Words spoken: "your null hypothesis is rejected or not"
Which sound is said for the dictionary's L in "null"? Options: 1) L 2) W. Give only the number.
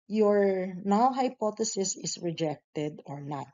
2